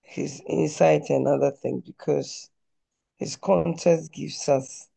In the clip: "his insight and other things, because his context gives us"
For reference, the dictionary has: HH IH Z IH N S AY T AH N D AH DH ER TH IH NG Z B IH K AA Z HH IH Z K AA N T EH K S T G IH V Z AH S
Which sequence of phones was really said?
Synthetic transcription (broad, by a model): HH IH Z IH N S AY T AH N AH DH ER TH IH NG B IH K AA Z HH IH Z K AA N T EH S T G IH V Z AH S